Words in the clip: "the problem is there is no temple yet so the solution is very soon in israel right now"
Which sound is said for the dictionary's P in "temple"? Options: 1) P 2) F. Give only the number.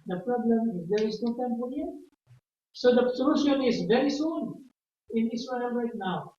2